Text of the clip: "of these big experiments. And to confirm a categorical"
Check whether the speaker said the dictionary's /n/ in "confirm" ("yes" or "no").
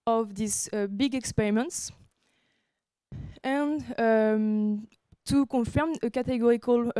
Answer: no